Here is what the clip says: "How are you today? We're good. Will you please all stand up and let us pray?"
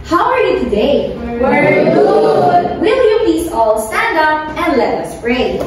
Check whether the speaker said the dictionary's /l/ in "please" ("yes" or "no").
no